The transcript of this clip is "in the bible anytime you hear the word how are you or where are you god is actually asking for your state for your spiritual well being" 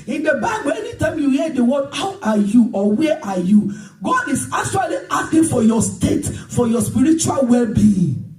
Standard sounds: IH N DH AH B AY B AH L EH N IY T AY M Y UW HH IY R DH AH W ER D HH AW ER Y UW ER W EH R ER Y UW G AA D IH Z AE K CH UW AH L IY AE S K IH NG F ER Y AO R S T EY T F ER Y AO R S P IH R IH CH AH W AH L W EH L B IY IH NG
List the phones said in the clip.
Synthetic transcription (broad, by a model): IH N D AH B AY B AH L EH N IY T AY M Y UW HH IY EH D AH W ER D HH AW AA Y UW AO W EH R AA Y UW G AA D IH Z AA K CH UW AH L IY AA S K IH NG F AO Y AO S T EY T F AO Y AO S P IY R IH CH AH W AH L W EH L B IY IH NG